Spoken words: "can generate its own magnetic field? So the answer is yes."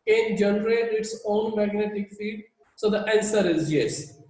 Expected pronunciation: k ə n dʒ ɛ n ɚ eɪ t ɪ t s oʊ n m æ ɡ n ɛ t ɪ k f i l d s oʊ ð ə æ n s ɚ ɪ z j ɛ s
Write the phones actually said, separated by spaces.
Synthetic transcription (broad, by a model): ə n dʒ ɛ n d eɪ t ɪ t s oʊ n m æ ɡ n ɛ t ɪ k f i d s oʊ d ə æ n s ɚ ɪ z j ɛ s